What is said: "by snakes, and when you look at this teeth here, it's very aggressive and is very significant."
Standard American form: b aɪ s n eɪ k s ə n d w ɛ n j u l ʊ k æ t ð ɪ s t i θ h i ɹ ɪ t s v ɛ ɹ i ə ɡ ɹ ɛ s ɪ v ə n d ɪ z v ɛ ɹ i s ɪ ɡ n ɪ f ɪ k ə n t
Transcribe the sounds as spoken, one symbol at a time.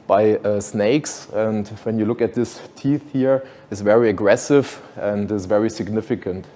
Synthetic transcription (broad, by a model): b aɪ s n eɪ k s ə n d w ɛ n j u l ʊ k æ t ð ɪ s t i θ h i ɹ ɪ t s v ɛ ɹ i ə ɡ ɹ ɛ s ɪ v ə n d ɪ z v ɛ ɹ i s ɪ ɡ n ɪ f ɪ k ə n t